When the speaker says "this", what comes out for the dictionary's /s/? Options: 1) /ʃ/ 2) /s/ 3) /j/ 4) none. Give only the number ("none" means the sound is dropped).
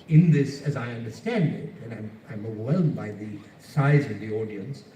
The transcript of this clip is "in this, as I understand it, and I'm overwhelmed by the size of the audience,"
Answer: 2